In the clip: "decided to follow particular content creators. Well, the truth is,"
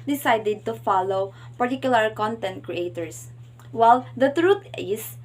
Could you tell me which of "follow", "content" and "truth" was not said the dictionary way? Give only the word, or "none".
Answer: truth